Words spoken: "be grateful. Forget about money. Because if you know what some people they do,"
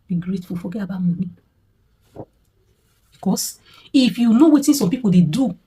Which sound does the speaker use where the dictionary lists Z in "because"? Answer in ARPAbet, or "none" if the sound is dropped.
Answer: S